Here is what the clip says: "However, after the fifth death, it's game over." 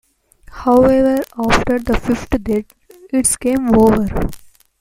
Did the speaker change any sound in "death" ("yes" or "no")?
yes